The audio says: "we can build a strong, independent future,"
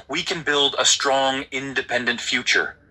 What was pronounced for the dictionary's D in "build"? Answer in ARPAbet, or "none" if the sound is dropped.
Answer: D